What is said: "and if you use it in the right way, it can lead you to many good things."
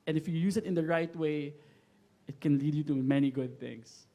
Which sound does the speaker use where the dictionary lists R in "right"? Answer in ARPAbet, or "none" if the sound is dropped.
R